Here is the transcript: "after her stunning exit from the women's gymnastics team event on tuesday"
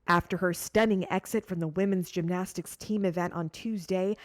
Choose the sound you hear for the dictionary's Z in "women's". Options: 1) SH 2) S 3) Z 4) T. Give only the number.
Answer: 3